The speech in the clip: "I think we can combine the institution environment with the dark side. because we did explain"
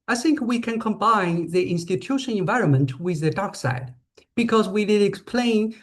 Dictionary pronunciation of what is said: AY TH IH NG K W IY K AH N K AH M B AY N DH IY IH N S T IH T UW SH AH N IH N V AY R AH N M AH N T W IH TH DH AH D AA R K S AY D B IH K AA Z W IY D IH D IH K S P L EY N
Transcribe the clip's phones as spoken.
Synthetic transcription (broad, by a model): AY TH IH NG K W IY K AH N K AH M B AY N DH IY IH N S T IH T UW SH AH N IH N V AY R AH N M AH N T W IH DH AH D AA R K S AY D B IH K AA Z W IY D IH D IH K S P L EY N